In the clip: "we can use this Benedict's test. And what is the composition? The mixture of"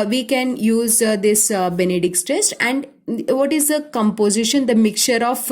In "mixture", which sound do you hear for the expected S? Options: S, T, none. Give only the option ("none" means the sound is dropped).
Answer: none